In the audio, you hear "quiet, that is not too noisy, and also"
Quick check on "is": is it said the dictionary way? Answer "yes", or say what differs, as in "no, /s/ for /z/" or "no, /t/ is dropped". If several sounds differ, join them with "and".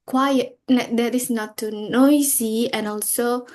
no, /s/ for /z/